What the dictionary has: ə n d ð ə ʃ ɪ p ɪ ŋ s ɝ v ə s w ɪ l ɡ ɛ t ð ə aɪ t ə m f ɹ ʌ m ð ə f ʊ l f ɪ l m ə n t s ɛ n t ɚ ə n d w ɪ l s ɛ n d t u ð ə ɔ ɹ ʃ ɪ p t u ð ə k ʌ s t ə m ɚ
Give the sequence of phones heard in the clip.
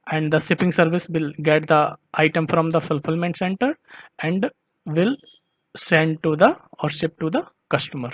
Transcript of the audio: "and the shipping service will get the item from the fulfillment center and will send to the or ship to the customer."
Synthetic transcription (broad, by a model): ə n d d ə s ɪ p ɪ ŋ s ɝ v ə s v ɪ l ɡ ɛ t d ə aɪ t ə m f ɹ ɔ m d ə f ʊ l f ɪ l m ə n t s ɛ n t ɚ ə n d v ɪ l s ɛ n d t u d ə ɔ ɹ s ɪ p t u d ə k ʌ s t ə m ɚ